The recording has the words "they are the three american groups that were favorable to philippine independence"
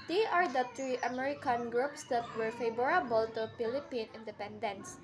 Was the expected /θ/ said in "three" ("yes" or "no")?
no